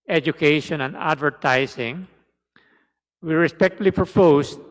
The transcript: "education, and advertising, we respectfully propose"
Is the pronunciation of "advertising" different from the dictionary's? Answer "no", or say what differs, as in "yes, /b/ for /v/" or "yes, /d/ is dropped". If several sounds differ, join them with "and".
yes, /s/ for /z/